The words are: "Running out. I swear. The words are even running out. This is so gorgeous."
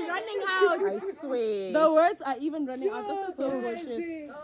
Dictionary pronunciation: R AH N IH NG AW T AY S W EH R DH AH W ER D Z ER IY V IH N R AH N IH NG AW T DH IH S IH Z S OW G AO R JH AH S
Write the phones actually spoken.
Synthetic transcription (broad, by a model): R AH N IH NG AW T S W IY DH AH W ER D Z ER IY V IH N R AH N IH NG AW T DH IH IH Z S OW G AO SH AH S